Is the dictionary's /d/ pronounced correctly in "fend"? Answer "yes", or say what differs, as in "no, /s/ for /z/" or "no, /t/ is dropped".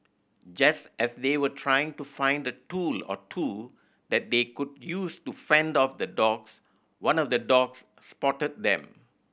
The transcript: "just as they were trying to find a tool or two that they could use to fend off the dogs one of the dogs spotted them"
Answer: yes